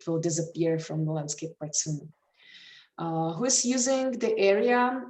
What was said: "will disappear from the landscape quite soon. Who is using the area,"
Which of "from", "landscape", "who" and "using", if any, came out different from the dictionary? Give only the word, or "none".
none